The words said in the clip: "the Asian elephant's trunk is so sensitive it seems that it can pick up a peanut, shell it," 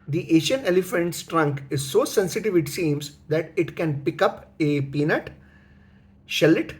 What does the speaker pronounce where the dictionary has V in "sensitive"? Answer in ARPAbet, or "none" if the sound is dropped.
V